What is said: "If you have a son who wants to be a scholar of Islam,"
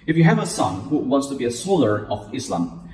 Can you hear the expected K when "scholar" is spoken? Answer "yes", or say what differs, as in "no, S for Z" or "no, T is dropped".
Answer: no, K is dropped